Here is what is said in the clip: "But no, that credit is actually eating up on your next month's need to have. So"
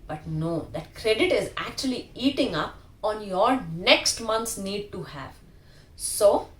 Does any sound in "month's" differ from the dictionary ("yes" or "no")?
yes